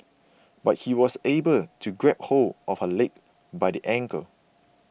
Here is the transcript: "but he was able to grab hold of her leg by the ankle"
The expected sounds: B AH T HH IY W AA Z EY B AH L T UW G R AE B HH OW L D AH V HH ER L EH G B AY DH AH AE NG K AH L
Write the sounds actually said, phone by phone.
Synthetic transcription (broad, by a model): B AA T HH IY W AA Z EY B AH L T UW G R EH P HH OW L AH F HH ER L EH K B AY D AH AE NG K AH L